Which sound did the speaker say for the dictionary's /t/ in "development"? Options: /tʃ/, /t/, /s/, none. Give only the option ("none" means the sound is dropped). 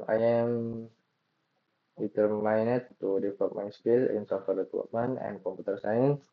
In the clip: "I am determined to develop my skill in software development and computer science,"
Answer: none